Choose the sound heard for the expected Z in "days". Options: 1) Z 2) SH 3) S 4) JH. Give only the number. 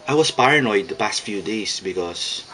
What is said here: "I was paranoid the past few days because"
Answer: 3